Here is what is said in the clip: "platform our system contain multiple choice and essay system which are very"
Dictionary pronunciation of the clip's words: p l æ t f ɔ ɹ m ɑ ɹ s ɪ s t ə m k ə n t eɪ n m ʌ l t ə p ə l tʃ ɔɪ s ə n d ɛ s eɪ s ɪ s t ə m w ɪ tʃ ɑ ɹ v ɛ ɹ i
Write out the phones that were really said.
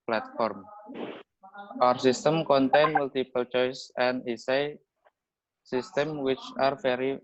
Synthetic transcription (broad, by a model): p l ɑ t f ɔ ɹ m ɑ ɹ s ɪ s t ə m k ə n t eɪ n m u l t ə p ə l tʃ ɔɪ s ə n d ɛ s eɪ s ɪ s t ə m w ɪ tʃ ɑ ɹ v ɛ ɹ i